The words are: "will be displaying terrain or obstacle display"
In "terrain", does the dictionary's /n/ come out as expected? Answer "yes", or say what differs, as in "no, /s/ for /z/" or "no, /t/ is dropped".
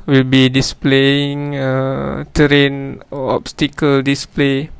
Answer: yes